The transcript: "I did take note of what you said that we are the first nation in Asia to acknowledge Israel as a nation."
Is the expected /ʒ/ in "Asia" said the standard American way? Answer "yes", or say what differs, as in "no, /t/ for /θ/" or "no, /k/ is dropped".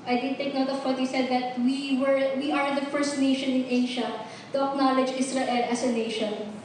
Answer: no, /ʃ/ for /ʒ/